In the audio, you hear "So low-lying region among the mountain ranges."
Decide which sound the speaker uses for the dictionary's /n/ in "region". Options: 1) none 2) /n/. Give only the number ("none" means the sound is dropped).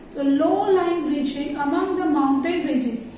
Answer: 1